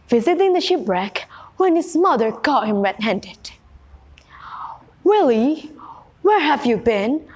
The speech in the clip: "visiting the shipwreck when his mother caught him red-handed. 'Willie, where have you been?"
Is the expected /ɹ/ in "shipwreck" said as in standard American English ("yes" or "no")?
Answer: yes